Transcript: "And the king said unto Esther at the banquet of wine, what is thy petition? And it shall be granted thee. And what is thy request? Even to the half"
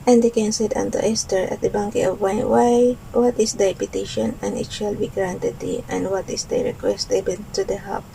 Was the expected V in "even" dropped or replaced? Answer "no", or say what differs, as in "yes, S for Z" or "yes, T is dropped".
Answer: yes, B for V